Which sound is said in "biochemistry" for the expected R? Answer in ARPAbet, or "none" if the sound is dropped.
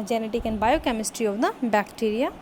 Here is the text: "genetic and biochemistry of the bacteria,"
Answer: R